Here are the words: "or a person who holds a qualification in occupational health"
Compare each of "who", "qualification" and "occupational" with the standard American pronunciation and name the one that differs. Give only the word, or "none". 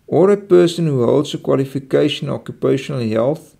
qualification